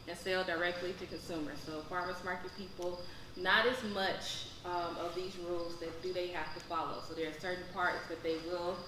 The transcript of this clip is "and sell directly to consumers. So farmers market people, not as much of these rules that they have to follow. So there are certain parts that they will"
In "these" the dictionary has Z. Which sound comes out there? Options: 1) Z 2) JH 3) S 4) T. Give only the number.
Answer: 1